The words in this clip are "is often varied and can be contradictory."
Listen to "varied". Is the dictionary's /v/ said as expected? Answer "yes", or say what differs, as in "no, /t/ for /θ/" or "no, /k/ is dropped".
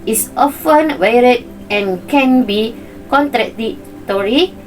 no, /w/ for /v/